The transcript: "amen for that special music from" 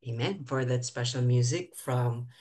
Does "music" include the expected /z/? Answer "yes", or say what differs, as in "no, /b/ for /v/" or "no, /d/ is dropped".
yes